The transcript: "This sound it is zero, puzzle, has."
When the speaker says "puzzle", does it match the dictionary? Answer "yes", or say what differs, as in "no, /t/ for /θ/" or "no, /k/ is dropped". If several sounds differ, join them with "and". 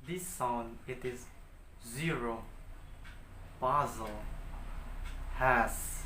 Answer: no, /b/ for /p/